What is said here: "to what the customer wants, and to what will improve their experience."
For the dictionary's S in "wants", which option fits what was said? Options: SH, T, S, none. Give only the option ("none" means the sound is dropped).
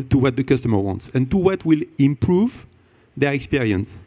S